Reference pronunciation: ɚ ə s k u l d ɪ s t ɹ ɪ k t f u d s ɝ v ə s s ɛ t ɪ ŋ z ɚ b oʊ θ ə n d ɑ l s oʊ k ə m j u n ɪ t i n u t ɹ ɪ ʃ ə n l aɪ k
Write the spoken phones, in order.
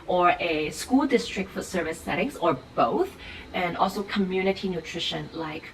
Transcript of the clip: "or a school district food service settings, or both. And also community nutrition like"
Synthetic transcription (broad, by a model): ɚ ə s k u l d ɪ s t ɹ ɪ k t f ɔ s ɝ v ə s s ɛ t ɪ ŋ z ɚ b oʊ θ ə n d ɑ l s oʊ k ə m j u n ɪ t i n u t ɹ ɪ ʃ ə n l aɪ k